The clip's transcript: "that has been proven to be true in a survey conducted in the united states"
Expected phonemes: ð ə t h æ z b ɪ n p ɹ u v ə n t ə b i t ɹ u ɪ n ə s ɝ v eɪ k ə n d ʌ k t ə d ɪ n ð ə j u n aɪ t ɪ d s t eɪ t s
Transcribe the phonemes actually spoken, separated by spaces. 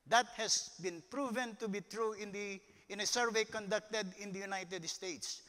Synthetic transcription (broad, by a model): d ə t h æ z b ɪ n p ɹ u v ə n t ə b i t ɹ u ɪ n ə s ɝ v eɪ k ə n d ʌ k t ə d ɪ n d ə j u n aɪ t ɪ d s t eɪ t s